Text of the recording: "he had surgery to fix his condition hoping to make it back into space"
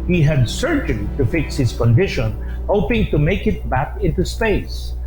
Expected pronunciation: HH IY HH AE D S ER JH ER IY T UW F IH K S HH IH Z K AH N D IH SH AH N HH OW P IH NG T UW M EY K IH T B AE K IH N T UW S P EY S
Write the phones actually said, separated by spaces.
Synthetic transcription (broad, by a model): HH IY HH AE D S ER JH ER IY T UW F IH K S HH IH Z K AH N D IH SH AH N HH OW P IH NG T UW M EY K IH T B AE K IH N T UW S P EY S